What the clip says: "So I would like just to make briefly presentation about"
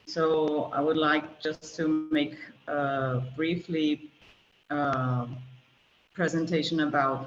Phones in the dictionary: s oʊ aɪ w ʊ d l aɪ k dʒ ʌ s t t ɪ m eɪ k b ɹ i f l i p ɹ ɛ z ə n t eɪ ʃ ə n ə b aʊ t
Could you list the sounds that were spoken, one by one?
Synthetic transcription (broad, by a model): s oʊ aɪ w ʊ d l aɪ k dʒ ʌ s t t ɪ m eɪ k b ɹ i f l i p ɹ ɛ z ə n t eɪ ʃ ə n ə b aʊ t